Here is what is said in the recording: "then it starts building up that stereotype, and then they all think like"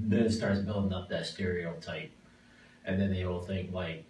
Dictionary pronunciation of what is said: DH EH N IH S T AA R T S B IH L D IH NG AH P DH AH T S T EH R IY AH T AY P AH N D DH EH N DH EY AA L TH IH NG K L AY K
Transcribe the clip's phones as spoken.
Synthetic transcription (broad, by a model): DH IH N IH S T AA R T S B IH L D IH NG AH P DH AH T S T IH R IY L T AY P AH N DH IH N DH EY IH L TH IH NG K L AY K